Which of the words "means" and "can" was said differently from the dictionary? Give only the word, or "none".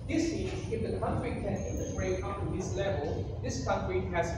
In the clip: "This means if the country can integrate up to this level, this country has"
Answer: means